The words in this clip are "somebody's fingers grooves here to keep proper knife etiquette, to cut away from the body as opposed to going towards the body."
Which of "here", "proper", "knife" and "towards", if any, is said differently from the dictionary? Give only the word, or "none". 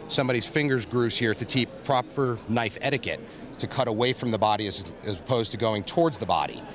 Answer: none